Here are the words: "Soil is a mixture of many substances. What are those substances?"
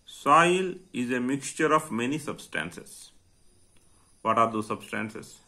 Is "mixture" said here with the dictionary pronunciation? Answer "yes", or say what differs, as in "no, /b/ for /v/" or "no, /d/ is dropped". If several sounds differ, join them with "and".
yes